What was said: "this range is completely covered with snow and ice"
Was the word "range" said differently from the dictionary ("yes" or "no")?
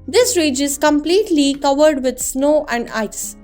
yes